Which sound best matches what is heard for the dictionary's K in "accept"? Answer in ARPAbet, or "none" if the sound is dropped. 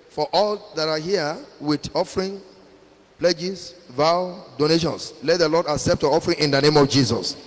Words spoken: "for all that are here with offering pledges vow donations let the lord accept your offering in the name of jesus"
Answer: K